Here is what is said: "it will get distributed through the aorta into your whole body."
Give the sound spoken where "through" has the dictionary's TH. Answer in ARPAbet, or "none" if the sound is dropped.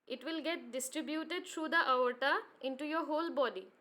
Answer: T